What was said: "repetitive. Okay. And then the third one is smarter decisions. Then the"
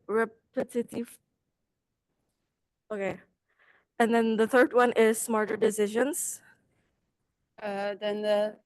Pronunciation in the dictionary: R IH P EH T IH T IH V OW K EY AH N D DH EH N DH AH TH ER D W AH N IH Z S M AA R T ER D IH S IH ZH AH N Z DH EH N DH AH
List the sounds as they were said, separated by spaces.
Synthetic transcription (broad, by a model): R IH P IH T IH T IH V OW K EY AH N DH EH N DH AH TH ER D W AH N IH Z S M AA R T ER D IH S IH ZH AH N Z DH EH N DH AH